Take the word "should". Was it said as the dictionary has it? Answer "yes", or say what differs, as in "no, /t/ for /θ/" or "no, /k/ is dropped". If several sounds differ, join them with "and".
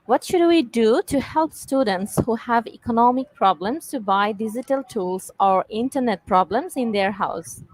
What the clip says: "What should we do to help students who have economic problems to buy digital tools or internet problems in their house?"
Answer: yes